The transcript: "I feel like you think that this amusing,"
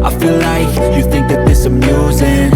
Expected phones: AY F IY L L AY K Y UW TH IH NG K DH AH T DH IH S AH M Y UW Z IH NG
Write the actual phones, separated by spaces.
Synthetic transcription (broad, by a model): AY F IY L L AY K Y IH TH IH NG K DH AH T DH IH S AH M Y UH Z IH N